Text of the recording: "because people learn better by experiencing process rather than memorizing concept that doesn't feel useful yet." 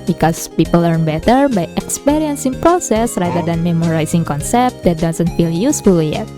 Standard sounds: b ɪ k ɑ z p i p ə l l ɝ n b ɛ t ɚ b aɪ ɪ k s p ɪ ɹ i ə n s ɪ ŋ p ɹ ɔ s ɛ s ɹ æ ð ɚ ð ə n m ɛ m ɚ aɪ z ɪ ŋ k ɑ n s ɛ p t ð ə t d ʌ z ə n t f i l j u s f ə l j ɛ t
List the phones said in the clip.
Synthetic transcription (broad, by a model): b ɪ k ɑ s p i p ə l l ɝ n b ɛ t ɚ b aɪ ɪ k s p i ɹ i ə n s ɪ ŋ p ɹ ɔ s ɛ s ɹ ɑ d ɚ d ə n m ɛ m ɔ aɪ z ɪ ŋ k ɑ n s ɛ p t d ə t d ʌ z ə n t f i l j u s f ə l j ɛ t